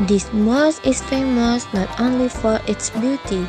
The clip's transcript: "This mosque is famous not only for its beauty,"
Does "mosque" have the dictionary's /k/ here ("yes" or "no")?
no